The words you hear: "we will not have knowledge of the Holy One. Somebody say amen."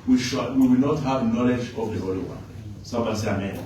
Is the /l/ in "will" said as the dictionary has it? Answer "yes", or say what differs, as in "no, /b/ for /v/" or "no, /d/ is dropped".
no, /w/ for /l/